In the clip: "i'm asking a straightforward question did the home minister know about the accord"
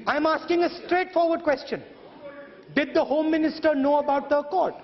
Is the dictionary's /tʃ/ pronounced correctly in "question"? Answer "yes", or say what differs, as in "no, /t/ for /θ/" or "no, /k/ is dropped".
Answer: yes